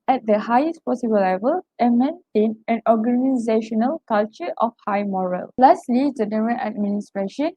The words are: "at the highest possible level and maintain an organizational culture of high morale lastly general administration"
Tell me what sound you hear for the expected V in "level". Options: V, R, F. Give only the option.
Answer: V